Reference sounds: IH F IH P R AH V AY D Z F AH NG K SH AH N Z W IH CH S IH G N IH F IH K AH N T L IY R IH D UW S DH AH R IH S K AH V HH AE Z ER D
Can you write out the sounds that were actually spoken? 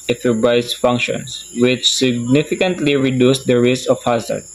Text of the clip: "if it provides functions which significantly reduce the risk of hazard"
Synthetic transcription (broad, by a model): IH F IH B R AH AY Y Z F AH NG K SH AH N S W IH CH S IH G N IH F IH K AH N T L IY R IH D UW S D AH R IH S K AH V HH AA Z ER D